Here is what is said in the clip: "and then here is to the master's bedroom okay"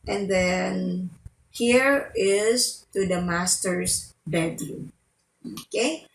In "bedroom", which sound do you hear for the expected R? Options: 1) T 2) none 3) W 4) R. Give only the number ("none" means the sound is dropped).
2